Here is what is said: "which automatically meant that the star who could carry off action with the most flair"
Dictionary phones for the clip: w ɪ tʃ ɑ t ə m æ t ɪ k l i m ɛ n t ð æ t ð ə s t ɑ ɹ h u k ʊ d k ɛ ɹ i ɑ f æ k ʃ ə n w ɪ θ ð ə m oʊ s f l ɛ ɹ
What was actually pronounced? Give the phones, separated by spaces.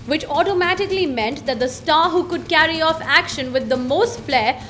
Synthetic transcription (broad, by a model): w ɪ tʃ ɑ t ə m æ t ɪ k l i m ɛ n t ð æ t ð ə s t ɑ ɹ h u k ʊ d k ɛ ɹ i ɑ f æ k ʃ ə n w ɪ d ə m oʊ s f l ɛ